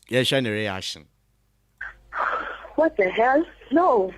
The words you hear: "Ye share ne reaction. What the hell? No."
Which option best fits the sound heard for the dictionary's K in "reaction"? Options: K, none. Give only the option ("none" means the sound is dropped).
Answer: none